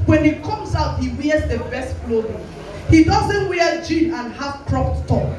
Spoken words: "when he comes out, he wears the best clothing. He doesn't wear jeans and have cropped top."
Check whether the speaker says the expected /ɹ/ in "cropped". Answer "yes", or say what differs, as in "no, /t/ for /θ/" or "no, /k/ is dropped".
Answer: yes